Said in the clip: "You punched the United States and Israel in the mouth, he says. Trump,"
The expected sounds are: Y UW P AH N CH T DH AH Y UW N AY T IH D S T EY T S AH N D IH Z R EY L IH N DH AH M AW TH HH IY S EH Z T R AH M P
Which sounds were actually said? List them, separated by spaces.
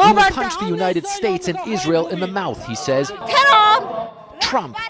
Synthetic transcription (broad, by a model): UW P AH N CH DH AH Y UW N AY T IH D S T EY T S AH N IH Z R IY L IH N DH AH M AW TH HH IY S EH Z T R AH M P